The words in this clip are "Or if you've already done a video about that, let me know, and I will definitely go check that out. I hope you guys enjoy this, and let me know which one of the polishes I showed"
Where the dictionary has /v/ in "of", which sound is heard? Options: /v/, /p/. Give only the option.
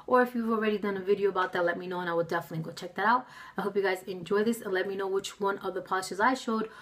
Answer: /v/